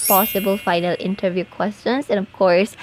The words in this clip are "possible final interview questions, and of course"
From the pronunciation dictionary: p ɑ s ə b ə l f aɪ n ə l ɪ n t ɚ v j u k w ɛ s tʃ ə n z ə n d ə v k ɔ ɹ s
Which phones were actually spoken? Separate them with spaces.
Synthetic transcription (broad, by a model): p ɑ s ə b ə l f aɪ n ə l ɪ n t ɚ v j u k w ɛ s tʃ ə n s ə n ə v k ɔ ɹ s